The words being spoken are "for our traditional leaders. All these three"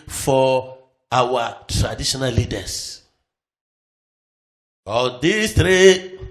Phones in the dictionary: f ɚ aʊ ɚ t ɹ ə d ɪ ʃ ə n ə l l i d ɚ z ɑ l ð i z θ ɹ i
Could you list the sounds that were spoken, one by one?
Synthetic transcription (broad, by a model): f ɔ aʊ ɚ t ɹ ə d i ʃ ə n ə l l i d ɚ s ɑ l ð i s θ ɹ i